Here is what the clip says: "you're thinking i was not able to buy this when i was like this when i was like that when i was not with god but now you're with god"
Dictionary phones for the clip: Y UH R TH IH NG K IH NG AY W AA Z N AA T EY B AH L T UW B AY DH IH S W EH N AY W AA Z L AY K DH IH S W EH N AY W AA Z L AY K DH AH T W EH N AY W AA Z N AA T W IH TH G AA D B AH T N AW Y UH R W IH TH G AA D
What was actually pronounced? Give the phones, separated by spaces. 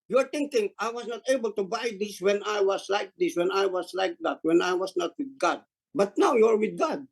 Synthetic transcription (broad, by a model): Y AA R T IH NG K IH NG AY W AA S N AA T EY B AH L T UW B AY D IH S W EH N AY W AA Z L AY K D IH S W EH N AY W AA S L AY K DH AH T W EH N AY W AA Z N AA T W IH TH G AA D B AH T N AW Y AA R W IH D G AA D